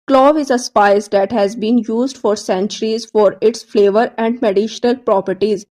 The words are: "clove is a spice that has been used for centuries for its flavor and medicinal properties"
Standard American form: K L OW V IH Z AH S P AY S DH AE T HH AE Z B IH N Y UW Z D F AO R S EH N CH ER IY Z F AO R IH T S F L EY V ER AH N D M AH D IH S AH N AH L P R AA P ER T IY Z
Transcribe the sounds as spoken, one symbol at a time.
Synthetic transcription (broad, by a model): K L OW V IH Z AH S P AY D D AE T HH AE Z B IH N Y UW Z D F AO R S EH N CH ER IY Z F AO R IH T S F L EY V ER AH N D M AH D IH SH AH N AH L P R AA P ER T IY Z